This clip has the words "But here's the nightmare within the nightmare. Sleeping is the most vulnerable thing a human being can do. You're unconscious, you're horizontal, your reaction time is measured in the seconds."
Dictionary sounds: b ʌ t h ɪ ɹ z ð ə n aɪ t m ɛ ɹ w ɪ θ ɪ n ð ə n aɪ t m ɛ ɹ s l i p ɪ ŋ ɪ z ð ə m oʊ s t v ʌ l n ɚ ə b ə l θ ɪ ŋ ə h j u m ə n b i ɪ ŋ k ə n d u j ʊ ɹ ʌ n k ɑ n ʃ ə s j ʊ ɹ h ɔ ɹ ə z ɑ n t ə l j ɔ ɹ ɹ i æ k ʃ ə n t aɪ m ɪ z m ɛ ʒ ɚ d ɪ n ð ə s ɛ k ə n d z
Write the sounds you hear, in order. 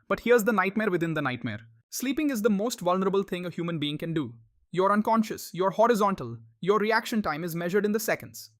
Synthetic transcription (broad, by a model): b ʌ t h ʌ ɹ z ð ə n aɪ t m ɛ ɹ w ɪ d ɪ n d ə n aɪ t m ɛ ɹ s l i p ɪ ŋ ɪ z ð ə m oʊ s t v ʌ l n ɚ ə b ə l t ɪ ŋ ə h j u m ə n b i ɪ ŋ k ə n d u j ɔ ɹ ʌ n k ɑ n ʃ ə s j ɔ ɹ h ɔ ɹ ə z ɑ n t ə l j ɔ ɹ ɹ i æ k ʃ ə n t aɪ m ɪ z m ɛ ʒ ɚ d ɪ n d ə s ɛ k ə n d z